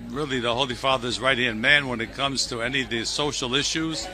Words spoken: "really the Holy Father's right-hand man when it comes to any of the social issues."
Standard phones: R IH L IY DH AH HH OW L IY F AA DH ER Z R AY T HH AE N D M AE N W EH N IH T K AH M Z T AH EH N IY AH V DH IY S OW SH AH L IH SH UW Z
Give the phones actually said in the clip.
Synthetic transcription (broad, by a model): R IH L IY DH AH HH OW L IY F AA DH ER Z R AY T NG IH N M AE N W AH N IH T K AH M Z T AH EH N IY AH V DH IY S OW SH L IH SH UW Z